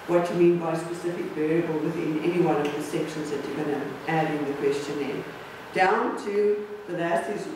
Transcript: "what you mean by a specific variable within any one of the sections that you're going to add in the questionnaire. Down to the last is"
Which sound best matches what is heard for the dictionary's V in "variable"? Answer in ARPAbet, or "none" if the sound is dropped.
B